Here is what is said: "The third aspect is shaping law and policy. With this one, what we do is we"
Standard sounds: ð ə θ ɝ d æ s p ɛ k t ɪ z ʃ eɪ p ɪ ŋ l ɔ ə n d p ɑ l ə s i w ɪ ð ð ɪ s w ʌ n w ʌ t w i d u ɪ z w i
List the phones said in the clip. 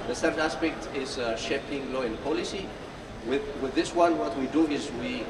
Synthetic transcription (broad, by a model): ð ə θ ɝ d æ s p ɛ k t ɪ z ʃ eɪ p ɪ ŋ l ɔ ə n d p ɑ l ə s i w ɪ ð ð ɪ s w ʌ n w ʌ t w i d u ɪ z w i